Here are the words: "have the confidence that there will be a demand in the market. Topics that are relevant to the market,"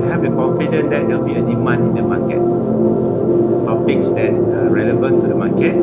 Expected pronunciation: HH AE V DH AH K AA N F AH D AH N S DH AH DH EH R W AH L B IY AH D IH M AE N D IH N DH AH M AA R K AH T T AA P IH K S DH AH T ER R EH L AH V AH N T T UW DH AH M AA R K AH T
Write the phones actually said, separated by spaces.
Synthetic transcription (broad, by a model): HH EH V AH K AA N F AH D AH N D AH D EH L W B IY AH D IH M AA N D IH N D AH M AA K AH T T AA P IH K S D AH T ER R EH L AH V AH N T T UW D AH M AA K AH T